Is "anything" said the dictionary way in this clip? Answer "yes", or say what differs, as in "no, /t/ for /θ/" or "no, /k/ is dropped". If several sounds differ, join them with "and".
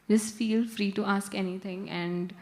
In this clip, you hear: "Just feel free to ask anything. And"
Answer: no, /t/ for /θ/